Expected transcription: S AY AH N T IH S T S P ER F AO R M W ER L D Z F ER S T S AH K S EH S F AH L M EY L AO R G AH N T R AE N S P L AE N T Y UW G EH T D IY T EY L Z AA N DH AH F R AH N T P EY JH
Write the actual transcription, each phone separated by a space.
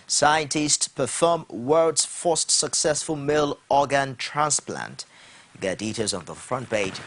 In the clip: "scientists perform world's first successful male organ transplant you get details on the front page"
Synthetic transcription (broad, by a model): S AY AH N T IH S T S P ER F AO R M W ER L D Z F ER S T S AH K S EH S F AH L M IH L AO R G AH N T R AE N S P L AE N T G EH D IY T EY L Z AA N DH AH F R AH N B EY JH